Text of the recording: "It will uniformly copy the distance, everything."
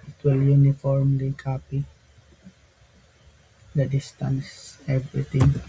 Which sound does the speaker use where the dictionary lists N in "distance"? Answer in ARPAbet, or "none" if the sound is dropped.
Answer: N